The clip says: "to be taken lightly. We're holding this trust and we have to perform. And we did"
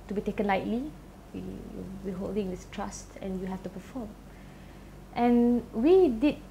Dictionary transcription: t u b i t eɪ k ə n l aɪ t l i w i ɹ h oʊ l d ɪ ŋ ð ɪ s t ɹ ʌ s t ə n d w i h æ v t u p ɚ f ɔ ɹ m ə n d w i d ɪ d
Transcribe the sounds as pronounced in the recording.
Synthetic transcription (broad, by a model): t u b i t eɪ k ə n l aɪ t l i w i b h oʊ l d ɪ ŋ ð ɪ s t ɹ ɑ s t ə n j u h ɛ f t u p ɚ f ɔ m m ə n w i d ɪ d